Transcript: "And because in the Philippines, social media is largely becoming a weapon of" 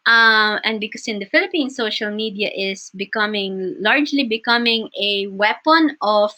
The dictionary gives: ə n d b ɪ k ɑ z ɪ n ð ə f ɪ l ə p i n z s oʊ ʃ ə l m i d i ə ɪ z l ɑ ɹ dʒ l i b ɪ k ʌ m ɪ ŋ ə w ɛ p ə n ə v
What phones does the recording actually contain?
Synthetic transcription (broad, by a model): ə n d b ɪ k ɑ s ɪ n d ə f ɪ l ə p i n s oʊ ʃ ə l m i d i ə ɪ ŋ l ɑ ɹ dʒ l i b ɪ k ʌ m ɪ ŋ ə w ɛ p ə n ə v